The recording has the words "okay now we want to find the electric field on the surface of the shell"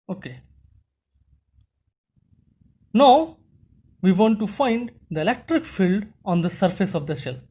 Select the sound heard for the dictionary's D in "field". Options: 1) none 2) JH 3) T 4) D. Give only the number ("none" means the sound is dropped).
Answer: 4